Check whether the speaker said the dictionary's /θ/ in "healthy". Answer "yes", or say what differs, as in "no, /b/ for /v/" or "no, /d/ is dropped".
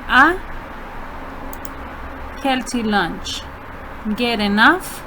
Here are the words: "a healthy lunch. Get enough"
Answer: no, /t/ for /θ/